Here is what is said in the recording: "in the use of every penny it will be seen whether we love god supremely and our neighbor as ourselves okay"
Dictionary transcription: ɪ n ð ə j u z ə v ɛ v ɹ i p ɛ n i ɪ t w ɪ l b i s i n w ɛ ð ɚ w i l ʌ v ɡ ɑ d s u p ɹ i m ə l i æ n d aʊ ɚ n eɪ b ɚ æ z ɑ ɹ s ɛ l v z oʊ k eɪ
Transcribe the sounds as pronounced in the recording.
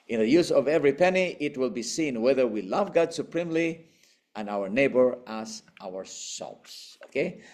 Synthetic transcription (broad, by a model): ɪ n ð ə j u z ə v ɛ v ɹ i p ɛ n i ɪ t w ɪ l b i s i n w ɛ ð ɚ w i l ʌ v ɡ ɑ d s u p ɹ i m l i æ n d aʊ ɚ n eɪ b ɚ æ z ɑ ɹ s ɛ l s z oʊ k eɪ